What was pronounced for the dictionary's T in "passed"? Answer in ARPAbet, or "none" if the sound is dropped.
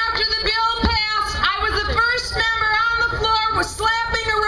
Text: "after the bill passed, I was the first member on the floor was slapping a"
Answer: none